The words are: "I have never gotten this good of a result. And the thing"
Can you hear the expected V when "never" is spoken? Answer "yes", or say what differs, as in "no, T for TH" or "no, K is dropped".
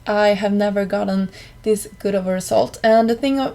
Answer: yes